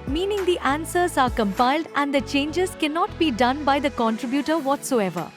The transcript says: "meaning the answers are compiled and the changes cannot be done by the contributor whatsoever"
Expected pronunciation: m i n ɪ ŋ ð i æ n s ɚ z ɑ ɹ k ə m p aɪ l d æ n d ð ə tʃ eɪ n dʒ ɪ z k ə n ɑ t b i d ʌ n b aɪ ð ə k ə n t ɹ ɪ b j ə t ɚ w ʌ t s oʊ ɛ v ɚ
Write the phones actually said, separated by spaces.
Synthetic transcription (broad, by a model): m i n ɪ ŋ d i æ n s ɚ z ɑ ɹ k ə m p aɪ l d æ n d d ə tʃ eɪ n dʒ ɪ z k ə n ɑ t b i d ʌ n b aɪ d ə k ə n t ɹ ɪ b j ə t ɚ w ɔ t s oʊ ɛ v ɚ